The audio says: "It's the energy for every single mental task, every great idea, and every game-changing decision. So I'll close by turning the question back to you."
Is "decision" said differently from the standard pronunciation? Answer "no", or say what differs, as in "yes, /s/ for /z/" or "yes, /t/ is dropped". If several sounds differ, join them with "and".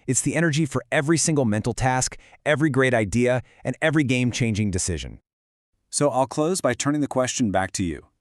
no